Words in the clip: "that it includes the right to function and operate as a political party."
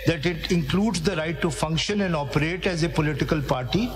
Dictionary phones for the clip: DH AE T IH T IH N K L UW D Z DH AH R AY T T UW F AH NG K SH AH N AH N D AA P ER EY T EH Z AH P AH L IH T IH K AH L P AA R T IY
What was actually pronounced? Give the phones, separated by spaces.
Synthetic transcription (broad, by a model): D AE T IH T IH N K L UW D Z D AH R AY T T UW F AH NG K SH AH N AH N D AA P ER EY T EH Z AH P AH L IH T IH K AH L P AA R T IY